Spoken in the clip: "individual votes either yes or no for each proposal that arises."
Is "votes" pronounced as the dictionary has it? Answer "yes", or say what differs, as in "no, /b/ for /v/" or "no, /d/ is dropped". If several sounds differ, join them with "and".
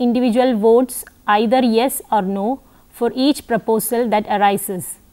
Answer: yes